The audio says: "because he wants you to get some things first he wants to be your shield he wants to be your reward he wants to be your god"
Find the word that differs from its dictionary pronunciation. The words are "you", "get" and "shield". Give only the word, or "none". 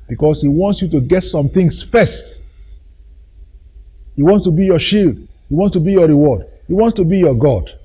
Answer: none